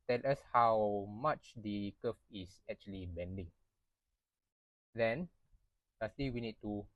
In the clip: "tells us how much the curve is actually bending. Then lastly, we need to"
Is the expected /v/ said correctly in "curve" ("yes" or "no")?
no